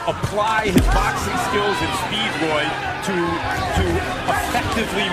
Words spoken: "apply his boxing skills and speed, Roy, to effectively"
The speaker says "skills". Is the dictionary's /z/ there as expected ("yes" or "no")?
yes